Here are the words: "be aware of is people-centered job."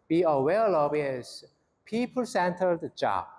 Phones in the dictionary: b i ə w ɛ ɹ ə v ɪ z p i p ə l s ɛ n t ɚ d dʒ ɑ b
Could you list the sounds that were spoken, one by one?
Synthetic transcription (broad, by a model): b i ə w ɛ l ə b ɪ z p i p ə l s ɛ n t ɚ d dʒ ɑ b